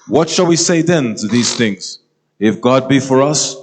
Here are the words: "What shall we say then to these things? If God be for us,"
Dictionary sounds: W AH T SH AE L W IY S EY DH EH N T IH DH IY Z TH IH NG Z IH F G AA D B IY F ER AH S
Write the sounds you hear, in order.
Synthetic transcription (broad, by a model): W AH T SH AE L W IY S EY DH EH N T IH DH IY Z TH IH NG Z IH F G AA D B IY F ER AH S